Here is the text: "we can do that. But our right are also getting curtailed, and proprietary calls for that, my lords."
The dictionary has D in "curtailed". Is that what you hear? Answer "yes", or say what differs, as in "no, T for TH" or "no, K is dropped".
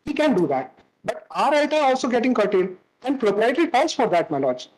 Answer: no, D is dropped